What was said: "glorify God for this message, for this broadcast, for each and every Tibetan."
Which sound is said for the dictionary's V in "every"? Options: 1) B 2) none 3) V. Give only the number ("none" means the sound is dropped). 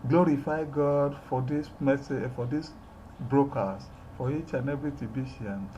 1